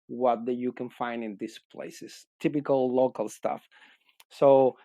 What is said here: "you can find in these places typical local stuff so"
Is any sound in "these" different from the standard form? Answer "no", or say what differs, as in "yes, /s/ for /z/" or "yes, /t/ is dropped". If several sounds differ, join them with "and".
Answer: yes, /s/ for /z/